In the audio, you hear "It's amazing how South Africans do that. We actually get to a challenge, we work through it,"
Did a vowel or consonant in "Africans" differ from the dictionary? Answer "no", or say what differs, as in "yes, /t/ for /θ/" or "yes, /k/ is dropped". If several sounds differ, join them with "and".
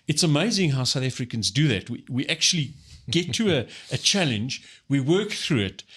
no